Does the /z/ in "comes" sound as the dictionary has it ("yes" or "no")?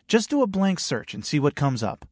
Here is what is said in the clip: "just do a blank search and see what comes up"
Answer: yes